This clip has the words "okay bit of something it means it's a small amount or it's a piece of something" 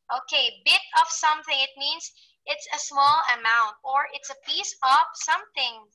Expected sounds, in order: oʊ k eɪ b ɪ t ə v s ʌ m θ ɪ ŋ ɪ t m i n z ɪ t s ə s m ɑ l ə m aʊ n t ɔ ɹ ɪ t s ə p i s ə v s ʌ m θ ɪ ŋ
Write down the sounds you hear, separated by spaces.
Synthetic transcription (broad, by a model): oʊ k eɪ b ɪ t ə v s ʌ m θ ɪ ŋ ɪ t m i n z ɪ t s ə s m ɑ l ə m aʊ n t ɔ ɹ ɪ t s ə p i s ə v s ʌ m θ ɪ ŋ